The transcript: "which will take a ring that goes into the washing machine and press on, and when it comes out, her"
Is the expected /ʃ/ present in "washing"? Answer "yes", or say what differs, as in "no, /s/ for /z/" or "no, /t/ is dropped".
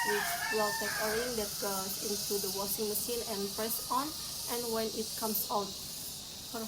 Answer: no, /s/ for /ʃ/